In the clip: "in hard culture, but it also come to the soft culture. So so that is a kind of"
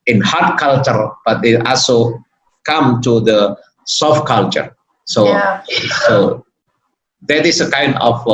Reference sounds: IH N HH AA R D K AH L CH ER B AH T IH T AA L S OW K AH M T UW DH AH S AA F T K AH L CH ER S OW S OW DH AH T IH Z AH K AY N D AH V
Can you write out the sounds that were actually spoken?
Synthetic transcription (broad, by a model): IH N HH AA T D K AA L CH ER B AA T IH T AA L S OW K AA M T UW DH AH S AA F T K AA L CH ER S OW S OW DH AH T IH S AH K AY N D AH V